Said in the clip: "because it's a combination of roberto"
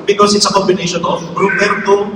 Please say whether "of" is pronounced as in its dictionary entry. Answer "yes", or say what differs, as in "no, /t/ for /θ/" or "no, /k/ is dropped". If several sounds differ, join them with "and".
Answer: no, /b/ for /v/